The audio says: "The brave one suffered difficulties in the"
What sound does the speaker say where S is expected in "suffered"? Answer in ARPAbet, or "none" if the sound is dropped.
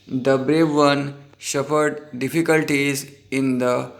SH